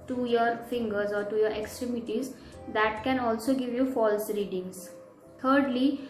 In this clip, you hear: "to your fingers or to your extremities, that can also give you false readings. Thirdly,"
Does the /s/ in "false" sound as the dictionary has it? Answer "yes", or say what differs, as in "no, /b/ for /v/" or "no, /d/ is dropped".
yes